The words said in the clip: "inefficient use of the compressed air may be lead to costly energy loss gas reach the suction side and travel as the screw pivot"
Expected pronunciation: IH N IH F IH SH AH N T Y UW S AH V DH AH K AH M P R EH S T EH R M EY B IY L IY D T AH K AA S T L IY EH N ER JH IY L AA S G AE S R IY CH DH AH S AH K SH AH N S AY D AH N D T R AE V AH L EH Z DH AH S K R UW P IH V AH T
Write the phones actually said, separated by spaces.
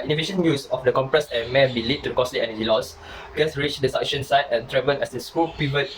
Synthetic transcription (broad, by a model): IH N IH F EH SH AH N Y UW S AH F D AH K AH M P R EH S EH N M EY B IY L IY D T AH K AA S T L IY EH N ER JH IY L AA S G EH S R IY CH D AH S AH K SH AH N S AY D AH N T R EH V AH N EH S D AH S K UW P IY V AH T